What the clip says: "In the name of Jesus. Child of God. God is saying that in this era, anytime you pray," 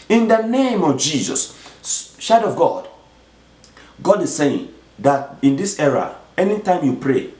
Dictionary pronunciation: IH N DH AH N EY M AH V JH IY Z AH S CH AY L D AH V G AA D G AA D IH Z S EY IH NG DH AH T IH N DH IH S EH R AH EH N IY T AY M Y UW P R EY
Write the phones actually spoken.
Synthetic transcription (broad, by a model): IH N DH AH N EY M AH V JH IY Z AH S SH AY D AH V G AA D G AA D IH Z S EY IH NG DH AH T IH N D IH S EH R AH EH N IY T AY M Y UW P R EY